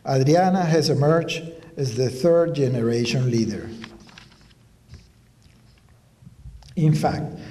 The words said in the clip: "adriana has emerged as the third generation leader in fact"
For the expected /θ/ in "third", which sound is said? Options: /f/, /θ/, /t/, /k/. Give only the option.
/θ/